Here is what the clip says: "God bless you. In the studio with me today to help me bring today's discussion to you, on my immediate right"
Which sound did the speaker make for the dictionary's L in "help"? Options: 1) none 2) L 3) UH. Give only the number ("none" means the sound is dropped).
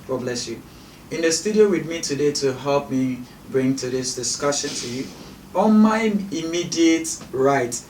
2